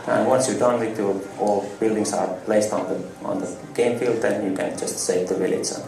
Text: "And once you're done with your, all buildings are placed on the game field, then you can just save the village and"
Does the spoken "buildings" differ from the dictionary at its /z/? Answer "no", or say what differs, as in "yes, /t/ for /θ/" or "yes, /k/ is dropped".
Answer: yes, /s/ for /z/